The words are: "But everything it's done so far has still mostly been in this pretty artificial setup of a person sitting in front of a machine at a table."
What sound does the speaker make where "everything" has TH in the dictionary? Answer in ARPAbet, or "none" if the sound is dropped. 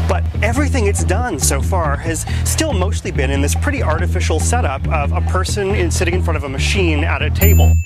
TH